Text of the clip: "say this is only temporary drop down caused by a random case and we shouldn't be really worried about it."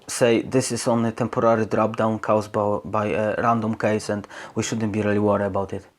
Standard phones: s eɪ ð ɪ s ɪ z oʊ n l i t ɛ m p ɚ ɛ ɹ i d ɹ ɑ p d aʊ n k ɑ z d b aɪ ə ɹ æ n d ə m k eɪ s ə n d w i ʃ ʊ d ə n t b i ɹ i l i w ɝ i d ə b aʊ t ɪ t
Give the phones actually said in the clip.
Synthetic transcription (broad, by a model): s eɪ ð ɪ s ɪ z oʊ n i t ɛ m p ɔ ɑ ɹ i d ɹ ɑ p d aʊ n k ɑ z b b aɪ ə ɹ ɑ n d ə m k eɪ s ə n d w i ʃ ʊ d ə n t b i ɹ i l i w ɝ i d ə b aʊ t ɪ t